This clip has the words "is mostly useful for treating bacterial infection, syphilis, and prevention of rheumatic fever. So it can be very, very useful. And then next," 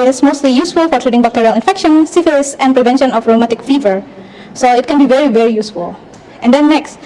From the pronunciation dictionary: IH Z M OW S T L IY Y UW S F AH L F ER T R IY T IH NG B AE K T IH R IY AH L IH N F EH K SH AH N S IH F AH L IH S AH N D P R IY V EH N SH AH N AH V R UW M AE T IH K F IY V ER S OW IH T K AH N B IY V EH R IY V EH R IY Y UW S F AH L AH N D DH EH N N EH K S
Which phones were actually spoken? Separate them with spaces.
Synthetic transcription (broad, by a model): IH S M OW S T L IY Y UW S F AH L F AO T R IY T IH NG B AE K T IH R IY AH L IH N F EH K SH AH N S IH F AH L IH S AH N P R IY V EH N SH AH N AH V R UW M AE T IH K F IY V ER S OW IH T K AH N B IY V EH R IY V EH R IY Y UW S F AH L AH N D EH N N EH K S